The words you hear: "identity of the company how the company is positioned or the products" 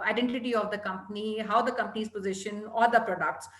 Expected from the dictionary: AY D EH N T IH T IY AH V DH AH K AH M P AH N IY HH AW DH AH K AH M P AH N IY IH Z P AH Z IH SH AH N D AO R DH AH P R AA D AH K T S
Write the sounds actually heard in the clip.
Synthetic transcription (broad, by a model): AY D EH N T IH T IY AH V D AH K AH M P AH N IY HH AW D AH K AH M P AH N IY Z P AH Z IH SH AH N AO R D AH P R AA D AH K T S